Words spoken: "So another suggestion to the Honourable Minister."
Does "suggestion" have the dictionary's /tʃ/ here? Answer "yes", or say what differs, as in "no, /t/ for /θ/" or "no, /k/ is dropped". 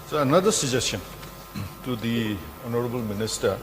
no, /tʃ/ is dropped